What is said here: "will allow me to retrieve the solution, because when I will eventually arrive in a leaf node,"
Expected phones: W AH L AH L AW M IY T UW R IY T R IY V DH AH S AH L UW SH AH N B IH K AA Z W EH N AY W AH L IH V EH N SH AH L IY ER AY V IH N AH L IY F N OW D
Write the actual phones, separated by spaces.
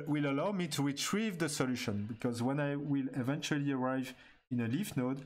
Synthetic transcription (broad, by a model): W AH L AH L AW M IY T UW R IY T R IY V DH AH S AH L UW SH AH N B IH K AA Z W EH N AY W AH L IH V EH N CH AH L IY ER AY V IH N AH L IY F N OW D